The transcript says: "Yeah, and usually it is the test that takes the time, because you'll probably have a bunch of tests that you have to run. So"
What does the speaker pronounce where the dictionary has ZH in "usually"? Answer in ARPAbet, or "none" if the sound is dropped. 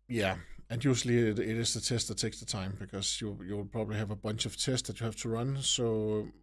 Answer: S